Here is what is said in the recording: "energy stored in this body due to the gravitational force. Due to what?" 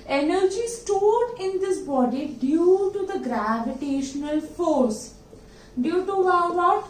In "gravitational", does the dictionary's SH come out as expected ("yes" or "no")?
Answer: yes